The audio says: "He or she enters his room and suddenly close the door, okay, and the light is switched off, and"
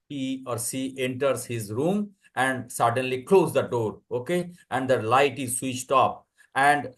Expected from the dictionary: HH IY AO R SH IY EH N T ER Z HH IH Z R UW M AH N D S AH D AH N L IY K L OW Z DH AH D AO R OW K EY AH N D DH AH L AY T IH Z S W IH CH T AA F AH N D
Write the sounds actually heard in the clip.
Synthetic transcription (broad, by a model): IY AO R S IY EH N T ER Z HH IH Z R UW M AH N D S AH D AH N L IY K L OW Z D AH D AO R OW K EY AH N D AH L AY T IH Z S W IH CH T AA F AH N D